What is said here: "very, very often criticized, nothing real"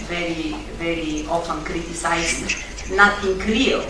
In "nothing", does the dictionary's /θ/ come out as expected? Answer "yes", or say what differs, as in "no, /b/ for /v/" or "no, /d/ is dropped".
no, /t/ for /θ/